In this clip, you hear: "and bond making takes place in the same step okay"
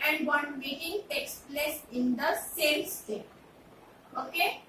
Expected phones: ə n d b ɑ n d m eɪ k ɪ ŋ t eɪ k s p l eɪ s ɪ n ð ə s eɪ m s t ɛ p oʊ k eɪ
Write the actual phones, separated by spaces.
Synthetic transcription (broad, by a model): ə n d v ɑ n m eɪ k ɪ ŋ t eɪ k s p l eɪ s ɪ n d ə s eɪ m s t ɛ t oʊ k eɪ